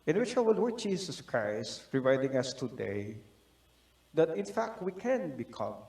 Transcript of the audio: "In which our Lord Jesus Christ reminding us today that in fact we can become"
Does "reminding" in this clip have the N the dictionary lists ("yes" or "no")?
no